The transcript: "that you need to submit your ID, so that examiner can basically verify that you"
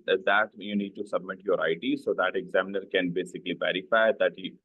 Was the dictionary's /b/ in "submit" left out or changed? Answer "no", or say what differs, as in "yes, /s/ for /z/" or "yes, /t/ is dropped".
no